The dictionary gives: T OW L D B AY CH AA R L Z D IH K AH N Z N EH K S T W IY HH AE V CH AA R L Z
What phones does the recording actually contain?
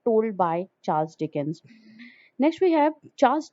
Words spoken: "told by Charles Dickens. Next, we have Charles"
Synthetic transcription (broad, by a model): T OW L D B AY CH AA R L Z D IH K AH N Z N EH K S T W IY HH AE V CH AA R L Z